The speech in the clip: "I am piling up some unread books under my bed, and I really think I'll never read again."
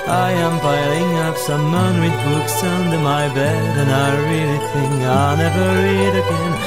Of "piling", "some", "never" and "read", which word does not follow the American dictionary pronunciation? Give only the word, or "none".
piling